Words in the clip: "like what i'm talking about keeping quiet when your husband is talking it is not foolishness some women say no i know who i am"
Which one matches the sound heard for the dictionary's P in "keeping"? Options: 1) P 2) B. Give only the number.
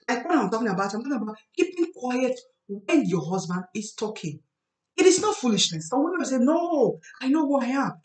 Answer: 1